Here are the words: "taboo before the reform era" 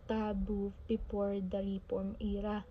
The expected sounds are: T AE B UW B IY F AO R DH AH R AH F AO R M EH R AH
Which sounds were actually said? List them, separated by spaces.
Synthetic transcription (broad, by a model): T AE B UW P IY P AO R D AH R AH P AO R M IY R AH